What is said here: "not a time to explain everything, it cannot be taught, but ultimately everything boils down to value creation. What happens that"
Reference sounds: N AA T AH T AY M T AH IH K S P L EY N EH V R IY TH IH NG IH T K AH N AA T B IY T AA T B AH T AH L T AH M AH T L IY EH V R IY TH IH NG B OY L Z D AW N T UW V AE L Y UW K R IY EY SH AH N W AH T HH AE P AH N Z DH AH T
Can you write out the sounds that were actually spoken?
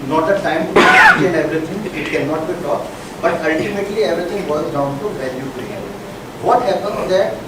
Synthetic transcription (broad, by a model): N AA T AH T AY M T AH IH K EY L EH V R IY T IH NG IH T K AH N AA T B IY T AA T B AH T AH L T AH M AH T L IY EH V R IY T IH NG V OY Z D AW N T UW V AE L Y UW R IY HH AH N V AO T HH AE P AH N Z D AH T